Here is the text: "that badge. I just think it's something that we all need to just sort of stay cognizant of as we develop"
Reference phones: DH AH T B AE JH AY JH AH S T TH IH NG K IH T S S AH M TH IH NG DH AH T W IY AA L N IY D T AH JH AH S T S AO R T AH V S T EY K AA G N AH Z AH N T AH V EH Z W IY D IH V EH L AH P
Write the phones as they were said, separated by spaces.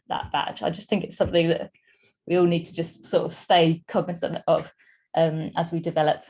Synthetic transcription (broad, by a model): DH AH T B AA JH AY JH AH S TH IH NG K IH T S S AH M TH IH NG DH AH T W IY AA L N IY D T AH JH AH S T S AO T AH V S T EY K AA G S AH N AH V T AH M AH Z W IY D IH V EH L AH P